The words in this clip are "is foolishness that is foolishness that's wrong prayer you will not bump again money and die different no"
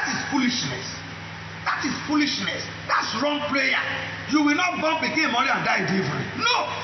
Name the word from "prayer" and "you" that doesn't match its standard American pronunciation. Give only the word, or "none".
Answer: prayer